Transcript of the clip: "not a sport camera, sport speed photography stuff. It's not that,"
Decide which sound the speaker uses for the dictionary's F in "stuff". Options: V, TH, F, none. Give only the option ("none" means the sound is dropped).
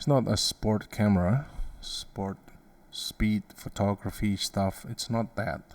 F